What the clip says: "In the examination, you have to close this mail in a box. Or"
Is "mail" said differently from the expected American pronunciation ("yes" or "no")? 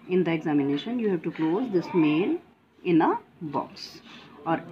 yes